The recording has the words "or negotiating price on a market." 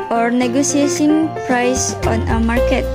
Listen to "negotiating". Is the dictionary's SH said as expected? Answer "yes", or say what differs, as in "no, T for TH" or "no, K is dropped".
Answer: no, S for SH